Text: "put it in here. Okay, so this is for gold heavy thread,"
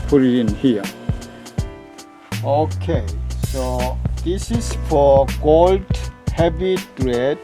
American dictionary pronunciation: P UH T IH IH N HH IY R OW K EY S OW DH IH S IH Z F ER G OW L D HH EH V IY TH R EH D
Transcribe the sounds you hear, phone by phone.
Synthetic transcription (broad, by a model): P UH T IH IH N HH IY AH OW K EY S OW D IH S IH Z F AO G OW L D HH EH B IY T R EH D